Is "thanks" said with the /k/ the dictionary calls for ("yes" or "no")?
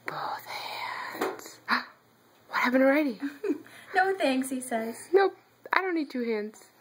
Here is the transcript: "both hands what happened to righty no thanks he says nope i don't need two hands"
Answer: no